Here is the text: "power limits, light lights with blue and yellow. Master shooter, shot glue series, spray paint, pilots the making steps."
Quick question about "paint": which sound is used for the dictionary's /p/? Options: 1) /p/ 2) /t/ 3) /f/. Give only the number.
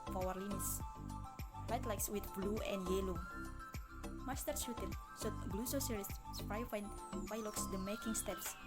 3